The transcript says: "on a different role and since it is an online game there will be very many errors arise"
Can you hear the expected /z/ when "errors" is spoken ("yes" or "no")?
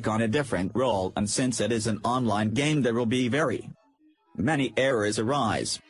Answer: yes